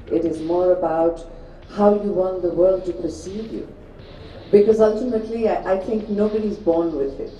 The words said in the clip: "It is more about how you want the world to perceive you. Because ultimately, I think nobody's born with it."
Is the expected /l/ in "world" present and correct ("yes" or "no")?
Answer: yes